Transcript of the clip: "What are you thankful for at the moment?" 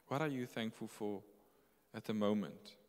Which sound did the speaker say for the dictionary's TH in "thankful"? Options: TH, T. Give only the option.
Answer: TH